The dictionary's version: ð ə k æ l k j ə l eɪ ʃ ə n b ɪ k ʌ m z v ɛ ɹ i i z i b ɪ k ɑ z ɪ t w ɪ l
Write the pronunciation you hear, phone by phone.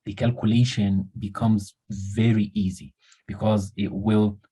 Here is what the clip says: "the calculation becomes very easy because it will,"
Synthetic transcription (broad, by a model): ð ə k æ l k j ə l eɪ ʃ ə n b ɪ k ʌ m z v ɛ ɹ i i z i b ɪ k ɑ z ɪ t w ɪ l